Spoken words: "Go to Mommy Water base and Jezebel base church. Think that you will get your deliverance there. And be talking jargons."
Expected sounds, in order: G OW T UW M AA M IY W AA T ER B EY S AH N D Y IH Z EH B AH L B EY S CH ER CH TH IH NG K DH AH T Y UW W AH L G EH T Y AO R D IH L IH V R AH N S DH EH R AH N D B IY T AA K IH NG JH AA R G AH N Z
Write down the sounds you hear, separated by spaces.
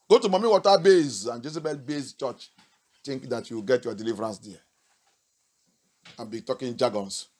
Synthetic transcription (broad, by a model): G OW T UW M AA M IY W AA T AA B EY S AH N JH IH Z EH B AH L B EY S CH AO CH T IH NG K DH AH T Y UW W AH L G EH T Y AO D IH L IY V R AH N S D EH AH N B IY T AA K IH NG JH AA G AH N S